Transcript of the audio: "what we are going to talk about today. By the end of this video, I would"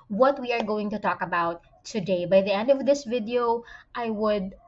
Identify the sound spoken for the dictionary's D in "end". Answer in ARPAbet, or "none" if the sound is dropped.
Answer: D